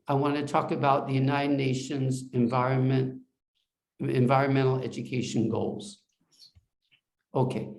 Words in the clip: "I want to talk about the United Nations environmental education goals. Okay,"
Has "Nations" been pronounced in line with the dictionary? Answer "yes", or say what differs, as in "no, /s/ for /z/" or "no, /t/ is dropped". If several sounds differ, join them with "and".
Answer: yes